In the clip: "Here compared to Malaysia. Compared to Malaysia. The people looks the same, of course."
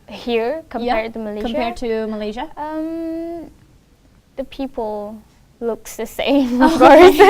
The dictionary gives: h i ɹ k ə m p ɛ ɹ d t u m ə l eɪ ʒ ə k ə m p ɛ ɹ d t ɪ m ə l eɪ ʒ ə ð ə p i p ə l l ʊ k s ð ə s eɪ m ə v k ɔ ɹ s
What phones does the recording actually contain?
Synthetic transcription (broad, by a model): h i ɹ k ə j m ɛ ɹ t u m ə l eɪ k ə m p ɛ ɹ d t ɪ m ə l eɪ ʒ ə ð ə p i p ə l l ʊ k s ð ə s eɪ m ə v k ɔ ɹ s